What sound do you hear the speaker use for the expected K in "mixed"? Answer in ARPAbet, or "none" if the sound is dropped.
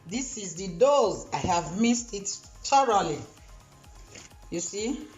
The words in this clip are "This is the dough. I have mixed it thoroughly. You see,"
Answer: none